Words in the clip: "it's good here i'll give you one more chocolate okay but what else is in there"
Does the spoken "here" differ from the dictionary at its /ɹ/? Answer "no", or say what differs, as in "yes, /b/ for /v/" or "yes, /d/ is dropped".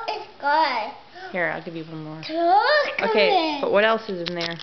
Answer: no